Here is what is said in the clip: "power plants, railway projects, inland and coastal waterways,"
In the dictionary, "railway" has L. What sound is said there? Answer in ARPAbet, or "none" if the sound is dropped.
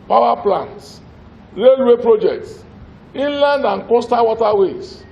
L